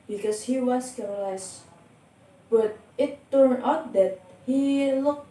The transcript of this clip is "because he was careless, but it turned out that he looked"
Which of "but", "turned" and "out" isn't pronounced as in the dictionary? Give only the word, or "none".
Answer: turned